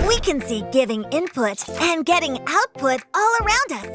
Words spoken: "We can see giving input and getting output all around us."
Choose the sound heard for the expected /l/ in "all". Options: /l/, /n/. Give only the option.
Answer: /l/